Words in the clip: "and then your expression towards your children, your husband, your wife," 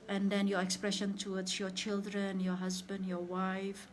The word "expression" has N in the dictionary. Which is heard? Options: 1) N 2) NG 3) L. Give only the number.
1